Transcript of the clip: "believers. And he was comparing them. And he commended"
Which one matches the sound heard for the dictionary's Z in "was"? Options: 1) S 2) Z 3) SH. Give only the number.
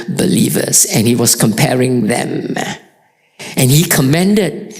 1